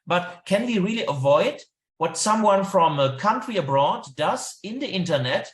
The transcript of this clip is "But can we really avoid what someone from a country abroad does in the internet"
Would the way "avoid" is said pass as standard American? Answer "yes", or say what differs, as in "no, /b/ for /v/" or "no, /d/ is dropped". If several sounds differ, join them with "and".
yes